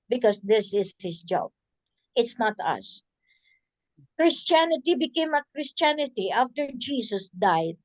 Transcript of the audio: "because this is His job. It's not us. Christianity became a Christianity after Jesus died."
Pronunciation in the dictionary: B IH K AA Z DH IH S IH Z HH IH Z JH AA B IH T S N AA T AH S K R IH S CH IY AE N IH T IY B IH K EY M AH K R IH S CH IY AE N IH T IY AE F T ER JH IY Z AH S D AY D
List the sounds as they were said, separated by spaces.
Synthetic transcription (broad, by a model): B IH K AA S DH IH S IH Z HH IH S JH AA B IH T S N AA T AH S K R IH S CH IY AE N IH T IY B IH K EY M AH K R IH S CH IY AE N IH T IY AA F T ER JH IY S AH S D AY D